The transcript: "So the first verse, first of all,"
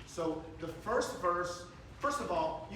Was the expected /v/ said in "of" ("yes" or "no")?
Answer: yes